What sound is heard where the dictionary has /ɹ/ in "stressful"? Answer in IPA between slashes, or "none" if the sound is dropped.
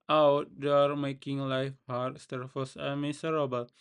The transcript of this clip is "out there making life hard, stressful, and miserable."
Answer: none